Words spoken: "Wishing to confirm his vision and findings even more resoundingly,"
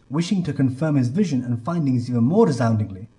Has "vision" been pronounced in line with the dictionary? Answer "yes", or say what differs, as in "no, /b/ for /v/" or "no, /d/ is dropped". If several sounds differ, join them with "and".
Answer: yes